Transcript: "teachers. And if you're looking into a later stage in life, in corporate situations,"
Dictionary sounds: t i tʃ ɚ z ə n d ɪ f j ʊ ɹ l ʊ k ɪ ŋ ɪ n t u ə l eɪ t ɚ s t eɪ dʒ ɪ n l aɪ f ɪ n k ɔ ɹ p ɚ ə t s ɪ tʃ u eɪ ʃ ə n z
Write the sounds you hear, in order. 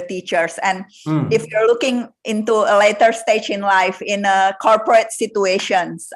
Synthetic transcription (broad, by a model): t i tʃ ɚ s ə n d ɪ f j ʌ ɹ l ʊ k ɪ ŋ ɪ n t u ə l eɪ t ɚ s t eɪ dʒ ɪ n l aɪ f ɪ n k ɔ ɹ p ɚ ə t s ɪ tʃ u eɪ ʃ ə n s